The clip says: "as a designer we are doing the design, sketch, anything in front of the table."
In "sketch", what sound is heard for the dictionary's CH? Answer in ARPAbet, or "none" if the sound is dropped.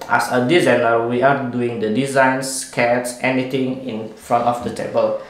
S